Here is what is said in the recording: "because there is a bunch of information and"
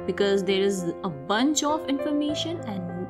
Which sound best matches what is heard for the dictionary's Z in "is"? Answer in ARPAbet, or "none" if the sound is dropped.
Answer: Z